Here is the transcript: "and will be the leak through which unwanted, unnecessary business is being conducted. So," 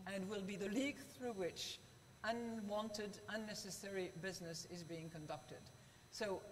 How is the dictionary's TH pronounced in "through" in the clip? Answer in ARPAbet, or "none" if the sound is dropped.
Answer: TH